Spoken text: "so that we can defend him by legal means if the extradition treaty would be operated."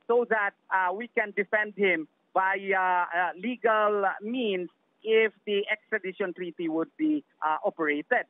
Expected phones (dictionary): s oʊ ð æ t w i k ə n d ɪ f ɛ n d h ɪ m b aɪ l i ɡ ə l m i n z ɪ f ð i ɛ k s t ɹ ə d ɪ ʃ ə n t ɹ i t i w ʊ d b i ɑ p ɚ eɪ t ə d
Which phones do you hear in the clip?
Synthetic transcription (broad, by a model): s oʊ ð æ t w i k ə n d ɪ f ɛ n d h ɪ m b aɪ l i ɡ ə l m i n s ɪ f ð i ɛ k s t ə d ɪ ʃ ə n t ɹ i t i w ʊ d b i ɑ p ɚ eɪ t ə d